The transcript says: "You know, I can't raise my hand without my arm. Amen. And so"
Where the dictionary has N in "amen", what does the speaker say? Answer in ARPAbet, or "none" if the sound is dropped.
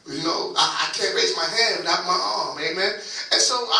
N